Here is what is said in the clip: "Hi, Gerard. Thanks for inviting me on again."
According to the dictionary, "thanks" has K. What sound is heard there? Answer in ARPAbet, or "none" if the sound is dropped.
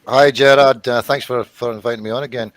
K